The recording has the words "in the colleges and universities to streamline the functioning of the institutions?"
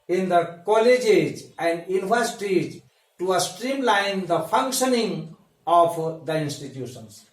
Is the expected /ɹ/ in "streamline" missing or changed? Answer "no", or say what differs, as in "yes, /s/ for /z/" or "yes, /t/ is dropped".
no